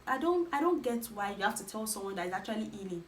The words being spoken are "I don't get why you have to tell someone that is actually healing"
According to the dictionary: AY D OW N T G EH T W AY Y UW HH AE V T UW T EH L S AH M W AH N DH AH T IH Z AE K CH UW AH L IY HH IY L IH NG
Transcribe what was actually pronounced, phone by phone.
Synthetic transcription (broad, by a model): AY D OW N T G EH T W AY Y UW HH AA F T UW T EH L S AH M W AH N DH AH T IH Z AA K CH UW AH L IY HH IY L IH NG